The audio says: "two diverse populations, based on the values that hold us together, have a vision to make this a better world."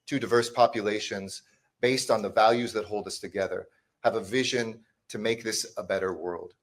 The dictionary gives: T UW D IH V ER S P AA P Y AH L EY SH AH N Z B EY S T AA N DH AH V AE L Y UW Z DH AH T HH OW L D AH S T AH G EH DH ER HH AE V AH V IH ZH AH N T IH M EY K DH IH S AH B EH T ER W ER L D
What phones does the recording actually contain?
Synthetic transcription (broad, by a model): T UW D IH V ER S P AA P Y AH L EY SH AH N Z B EY S T N DH AH V AE L Y UW Z DH AH T HH OW L D AH S T AH G EH DH ER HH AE V AH V IH ZH AH N T IH M EY K DH IH S AH B EH T ER W ER L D